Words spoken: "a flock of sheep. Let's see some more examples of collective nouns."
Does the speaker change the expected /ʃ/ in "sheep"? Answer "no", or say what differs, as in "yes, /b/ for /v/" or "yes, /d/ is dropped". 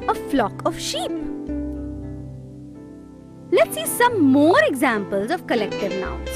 no